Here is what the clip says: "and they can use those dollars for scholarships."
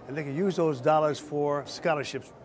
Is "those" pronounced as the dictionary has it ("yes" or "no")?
yes